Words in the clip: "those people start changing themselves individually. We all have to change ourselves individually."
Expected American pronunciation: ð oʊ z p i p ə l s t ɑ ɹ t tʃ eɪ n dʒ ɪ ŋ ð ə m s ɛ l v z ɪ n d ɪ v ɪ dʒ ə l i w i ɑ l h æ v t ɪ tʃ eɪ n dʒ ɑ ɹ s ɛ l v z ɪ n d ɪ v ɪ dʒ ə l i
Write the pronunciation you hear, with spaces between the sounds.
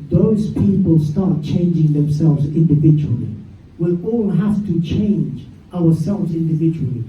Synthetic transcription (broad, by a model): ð oʊ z p i p ə l s t ɑ ɹ t tʃ eɪ n dʒ ɪ ŋ ð ə m s ɛ l v z ɪ n d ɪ v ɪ dʒ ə l i w i ɑ l h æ f t ɪ tʃ eɪ n dʒ ɑ ɹ s ɛ l v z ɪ n d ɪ v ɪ dʒ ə l i